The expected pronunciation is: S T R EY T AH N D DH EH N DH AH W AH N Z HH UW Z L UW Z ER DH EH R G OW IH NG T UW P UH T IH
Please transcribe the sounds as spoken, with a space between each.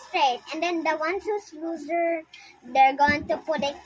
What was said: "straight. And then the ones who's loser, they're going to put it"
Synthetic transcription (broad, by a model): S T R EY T AH N D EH N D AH W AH N S HH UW S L UW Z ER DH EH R G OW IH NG T UW P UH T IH